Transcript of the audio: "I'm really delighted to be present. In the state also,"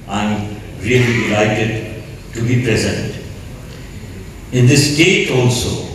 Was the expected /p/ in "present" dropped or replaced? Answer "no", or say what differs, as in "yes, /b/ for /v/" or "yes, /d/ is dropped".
no